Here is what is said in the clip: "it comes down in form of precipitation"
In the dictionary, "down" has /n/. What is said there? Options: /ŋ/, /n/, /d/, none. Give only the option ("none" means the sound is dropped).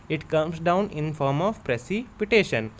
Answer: /n/